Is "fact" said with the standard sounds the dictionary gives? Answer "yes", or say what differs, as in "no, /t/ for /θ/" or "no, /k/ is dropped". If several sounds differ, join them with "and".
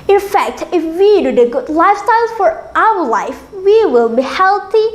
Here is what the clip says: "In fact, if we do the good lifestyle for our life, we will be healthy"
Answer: yes